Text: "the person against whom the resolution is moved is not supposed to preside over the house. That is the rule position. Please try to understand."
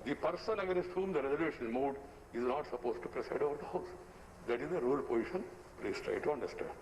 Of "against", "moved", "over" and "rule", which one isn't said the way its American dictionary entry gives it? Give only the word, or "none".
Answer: moved